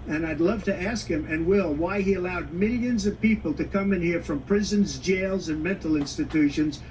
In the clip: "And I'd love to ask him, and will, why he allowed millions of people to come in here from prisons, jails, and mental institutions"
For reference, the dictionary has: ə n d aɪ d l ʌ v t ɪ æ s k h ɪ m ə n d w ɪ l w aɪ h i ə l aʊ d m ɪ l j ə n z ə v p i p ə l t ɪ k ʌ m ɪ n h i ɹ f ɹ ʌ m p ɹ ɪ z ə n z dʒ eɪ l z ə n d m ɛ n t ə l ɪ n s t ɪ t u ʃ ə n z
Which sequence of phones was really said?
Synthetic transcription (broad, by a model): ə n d aɪ d l ʌ v t ɪ æ s k h ɪ m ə n w ɪ l w aɪ i ə l aʊ d m ɪ l j ə n z ə v p i p l t ɪ k ʌ m ɪ n h i ɹ f ɹ ʌ m p ɹ ɪ z ə n z dʒ eɪ l z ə n m ɛ n t l ɪ n s t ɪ t u ʃ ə n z